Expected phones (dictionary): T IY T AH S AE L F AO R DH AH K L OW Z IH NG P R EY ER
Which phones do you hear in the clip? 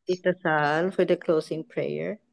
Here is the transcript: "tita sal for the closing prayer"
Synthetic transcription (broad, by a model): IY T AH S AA L F AO R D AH K L OW S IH NG P R EY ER